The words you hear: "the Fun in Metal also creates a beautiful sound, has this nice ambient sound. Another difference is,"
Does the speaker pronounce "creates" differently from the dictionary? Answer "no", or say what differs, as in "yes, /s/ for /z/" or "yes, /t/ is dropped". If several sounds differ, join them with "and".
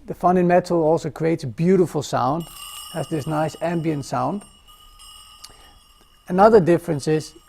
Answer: no